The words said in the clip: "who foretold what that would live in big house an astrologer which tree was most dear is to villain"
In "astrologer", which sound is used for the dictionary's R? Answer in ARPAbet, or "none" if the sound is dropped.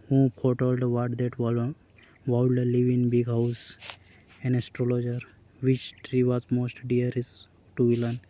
R